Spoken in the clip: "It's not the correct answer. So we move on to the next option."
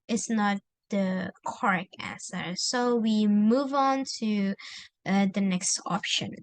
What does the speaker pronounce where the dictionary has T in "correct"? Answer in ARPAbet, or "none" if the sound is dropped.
none